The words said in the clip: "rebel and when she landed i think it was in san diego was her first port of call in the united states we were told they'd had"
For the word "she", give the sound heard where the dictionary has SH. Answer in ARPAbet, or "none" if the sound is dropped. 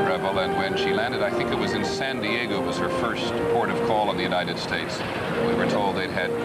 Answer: SH